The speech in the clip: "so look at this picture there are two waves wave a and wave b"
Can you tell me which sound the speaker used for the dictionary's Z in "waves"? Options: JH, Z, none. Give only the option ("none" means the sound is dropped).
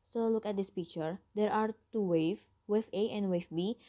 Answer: none